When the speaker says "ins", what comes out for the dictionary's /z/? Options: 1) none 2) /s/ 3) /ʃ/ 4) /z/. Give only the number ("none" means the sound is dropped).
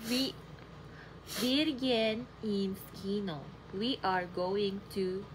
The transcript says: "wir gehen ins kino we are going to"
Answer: 2